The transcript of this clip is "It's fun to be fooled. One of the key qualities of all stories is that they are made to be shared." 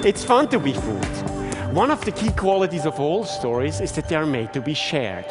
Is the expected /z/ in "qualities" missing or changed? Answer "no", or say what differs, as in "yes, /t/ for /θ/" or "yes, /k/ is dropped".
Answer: no